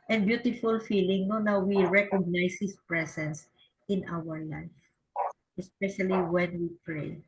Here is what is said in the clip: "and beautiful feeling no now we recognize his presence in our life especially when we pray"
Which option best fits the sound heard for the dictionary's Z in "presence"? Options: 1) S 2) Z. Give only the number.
1